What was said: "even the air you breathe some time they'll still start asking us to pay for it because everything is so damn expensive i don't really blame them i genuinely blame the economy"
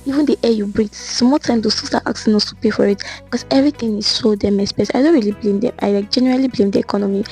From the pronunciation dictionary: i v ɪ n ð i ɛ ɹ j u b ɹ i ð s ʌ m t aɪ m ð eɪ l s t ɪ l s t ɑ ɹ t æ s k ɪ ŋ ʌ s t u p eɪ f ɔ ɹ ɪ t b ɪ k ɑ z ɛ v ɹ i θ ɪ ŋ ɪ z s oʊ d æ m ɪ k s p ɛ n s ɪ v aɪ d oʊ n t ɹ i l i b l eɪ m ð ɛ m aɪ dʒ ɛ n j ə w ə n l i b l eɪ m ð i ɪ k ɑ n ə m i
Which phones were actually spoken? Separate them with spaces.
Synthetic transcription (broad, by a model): i v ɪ n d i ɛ j u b ɹ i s m t aɪ m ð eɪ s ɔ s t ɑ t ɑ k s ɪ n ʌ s t u p eɪ f ɔ ɹ ɪ t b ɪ k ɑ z ɛ v ɹ i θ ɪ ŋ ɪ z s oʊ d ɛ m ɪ s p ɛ s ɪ ɪ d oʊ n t ɹ i l i b l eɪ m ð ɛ m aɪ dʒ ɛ n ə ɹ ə l i b l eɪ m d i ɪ k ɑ n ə m i